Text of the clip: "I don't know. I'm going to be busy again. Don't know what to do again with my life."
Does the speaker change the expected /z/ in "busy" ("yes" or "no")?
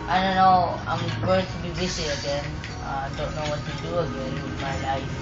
yes